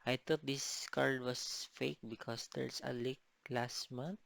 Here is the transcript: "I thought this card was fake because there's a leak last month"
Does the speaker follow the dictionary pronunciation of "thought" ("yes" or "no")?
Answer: no